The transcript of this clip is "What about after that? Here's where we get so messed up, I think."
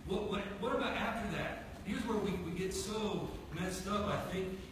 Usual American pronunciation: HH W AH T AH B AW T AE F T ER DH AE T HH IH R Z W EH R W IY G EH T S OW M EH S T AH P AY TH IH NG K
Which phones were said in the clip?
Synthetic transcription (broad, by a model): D W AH T AH B AW T AE F T ER DH AE T HH IH R Z W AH R W IY G EH T S OW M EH S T AH F AY TH IH NG K